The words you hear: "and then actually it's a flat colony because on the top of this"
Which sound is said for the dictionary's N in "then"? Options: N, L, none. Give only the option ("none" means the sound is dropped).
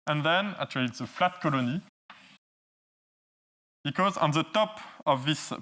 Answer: N